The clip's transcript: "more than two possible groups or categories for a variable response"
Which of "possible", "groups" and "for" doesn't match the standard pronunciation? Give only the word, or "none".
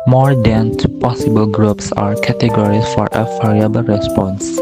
none